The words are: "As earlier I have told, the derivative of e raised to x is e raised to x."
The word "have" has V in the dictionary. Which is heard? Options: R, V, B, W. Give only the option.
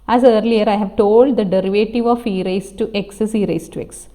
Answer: V